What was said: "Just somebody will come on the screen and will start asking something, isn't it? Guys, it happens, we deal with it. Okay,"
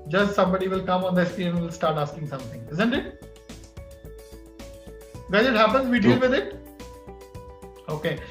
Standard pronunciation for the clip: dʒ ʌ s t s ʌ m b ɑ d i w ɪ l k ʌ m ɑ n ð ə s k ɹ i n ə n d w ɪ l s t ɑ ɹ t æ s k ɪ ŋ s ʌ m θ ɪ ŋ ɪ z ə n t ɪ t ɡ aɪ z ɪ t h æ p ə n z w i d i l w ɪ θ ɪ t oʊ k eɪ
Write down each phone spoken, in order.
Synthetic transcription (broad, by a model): dʒ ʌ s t s ʌ m b ɑ d i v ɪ l k ʌ m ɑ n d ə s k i ə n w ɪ l s t ɑ ɹ t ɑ s k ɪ ŋ s ʌ m t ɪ ŋ ɪ z ə n t ɪ t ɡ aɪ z ɪ t h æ p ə n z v i d i l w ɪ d ɪ t oʊ k eɪ